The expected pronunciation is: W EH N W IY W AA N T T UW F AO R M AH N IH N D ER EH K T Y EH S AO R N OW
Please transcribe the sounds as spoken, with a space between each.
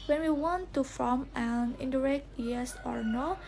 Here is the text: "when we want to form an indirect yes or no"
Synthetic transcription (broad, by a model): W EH N W IY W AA N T T UW F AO M AH N IH N D ER EH K T Y EH S AO R N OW